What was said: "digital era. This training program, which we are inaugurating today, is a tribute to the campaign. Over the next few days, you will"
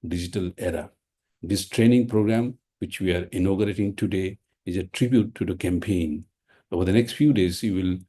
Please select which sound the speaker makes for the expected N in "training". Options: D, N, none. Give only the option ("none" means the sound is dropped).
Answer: N